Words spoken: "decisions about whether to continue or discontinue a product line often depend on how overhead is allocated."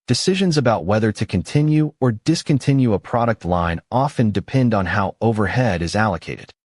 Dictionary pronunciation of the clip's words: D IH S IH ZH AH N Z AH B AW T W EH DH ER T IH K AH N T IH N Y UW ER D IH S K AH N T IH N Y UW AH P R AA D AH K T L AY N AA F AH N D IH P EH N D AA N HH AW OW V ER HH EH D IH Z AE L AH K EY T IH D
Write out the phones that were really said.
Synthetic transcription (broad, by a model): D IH S IH ZH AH N Z AH B AW T W EH DH ER T IH K AH N T IH N Y UW ER D IH S K AH N T IH N Y UW AH P R AA D AH K T L AY N AA F AH N D IH P EH N D N HH AW OW V ER HH EH D IH Z AE L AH K EY T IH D